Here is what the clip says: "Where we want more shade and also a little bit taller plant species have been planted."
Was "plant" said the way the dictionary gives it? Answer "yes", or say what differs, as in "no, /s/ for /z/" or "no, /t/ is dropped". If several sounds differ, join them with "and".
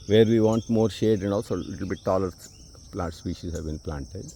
no, /n/ is dropped